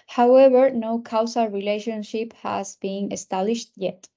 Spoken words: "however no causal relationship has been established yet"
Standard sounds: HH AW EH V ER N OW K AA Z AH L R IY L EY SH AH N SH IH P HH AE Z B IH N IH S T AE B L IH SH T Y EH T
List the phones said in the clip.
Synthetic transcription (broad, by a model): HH AW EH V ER N OW K AA S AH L R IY L EY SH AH N SH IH P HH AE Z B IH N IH S T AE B L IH SH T Y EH T